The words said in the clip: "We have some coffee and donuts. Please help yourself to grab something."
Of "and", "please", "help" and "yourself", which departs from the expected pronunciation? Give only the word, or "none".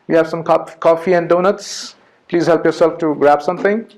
none